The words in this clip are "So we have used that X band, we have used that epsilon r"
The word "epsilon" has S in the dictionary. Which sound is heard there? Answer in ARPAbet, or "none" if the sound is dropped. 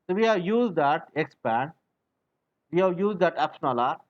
SH